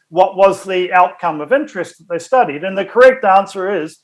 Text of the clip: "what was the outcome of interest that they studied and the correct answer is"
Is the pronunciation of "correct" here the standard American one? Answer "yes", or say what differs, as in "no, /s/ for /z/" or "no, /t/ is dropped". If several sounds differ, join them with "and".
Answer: yes